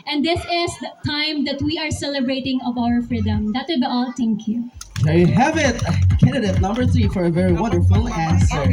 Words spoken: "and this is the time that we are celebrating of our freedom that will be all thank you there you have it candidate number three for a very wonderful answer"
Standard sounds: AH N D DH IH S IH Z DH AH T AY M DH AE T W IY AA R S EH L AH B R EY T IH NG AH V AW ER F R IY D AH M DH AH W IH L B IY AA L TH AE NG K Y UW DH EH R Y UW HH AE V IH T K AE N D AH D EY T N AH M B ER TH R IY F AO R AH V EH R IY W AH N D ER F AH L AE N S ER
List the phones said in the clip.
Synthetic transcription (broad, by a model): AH N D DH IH S IH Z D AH T AY M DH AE T W IY AA R S EH L AH B R EY T IH NG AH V AW ER F R IY D AH M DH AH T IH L B IY AA L T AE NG K Y UW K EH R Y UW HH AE V IH T K AE N D AH D EY T N AH M B ER TH R IY F AO R AH V EH R IY W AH N D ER F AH L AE N S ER